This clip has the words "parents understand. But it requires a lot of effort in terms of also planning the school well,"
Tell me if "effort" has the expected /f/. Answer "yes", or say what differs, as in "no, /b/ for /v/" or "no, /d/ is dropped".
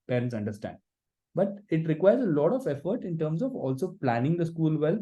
yes